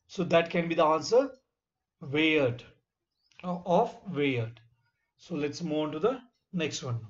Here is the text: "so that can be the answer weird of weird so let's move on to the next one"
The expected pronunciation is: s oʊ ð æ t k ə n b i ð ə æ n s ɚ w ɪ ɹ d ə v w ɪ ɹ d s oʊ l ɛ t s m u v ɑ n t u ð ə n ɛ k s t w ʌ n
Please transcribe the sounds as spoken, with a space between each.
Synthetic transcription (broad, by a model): s oʊ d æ t k ə n b i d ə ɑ n s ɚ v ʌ ɹ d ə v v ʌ ɹ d s oʊ l ɛ t s m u ɪ n t u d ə n ɛ k s t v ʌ n